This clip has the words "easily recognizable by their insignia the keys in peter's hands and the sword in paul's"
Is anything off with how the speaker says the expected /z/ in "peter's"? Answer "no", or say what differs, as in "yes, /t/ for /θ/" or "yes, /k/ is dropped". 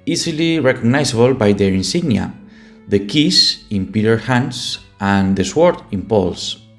yes, /z/ is dropped